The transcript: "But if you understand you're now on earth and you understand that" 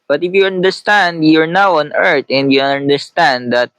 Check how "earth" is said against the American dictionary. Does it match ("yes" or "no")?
no